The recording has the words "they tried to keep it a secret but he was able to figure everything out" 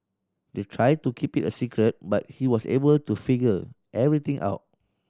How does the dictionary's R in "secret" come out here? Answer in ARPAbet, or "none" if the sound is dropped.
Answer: R